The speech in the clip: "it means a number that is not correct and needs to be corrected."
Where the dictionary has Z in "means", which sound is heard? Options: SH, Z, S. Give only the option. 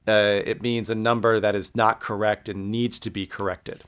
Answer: Z